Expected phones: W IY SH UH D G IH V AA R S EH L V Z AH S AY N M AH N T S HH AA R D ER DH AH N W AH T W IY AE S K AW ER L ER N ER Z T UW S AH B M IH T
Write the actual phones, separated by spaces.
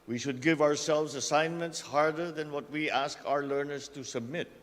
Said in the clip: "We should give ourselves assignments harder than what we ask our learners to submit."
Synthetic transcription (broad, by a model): W IY SH UH D G IH V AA R S EH L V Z AH S AY N M AH N T S HH AA R D ER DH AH N W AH T W IY AE S K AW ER L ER N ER S T UW S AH B M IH T